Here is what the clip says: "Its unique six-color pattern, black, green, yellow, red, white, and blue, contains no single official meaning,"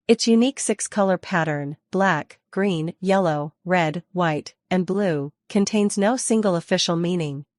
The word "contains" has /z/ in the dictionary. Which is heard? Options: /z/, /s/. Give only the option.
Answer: /z/